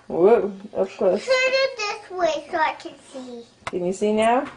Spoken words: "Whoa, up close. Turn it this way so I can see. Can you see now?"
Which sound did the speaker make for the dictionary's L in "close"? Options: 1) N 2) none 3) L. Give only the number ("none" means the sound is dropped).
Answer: 2